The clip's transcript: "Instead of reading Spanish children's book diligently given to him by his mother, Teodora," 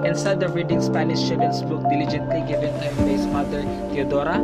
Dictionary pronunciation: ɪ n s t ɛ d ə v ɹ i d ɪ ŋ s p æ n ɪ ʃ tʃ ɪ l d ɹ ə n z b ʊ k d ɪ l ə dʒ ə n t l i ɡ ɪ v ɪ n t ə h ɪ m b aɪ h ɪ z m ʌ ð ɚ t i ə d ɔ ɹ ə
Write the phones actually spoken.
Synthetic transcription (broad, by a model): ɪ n s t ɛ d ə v ɹ i d ɪ ŋ s p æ n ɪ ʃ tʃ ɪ d ə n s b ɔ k d ɪ l ə dʒ ə n t l i ɡ ɪ v ɪ n t ə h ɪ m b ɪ s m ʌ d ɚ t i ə d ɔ ɹ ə